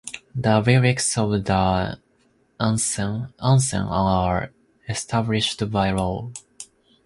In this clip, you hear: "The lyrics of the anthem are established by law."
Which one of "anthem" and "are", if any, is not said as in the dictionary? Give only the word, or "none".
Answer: anthem